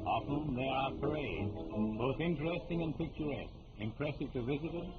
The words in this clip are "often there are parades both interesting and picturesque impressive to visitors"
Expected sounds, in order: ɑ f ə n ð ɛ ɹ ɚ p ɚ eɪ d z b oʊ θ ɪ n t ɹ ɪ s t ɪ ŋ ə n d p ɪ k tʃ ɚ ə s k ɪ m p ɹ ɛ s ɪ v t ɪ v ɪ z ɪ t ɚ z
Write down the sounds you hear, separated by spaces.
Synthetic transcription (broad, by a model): ɑ f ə n ð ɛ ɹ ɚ p ɚ eɪ d z b oʊ θ ɪ n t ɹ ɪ s t ɪ ŋ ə n p ɪ k tʃ ɚ ə s k ɪ m p ɹ ɛ s ɪ v t ɪ v ɪ z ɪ t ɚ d